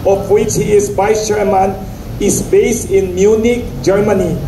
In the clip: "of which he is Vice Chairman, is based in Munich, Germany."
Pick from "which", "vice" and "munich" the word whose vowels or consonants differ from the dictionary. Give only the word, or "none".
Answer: vice